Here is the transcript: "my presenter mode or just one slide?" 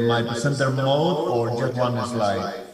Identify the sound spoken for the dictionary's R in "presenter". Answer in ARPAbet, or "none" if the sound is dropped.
none